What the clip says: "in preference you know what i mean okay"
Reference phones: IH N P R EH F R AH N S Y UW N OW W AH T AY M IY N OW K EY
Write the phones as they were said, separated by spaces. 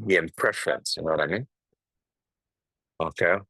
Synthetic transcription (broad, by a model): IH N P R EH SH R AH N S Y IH N OW W AH T AY M IY N OW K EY